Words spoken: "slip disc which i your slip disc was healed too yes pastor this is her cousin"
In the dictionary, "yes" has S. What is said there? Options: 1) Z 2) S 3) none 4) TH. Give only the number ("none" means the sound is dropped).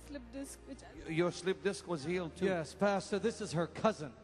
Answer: 2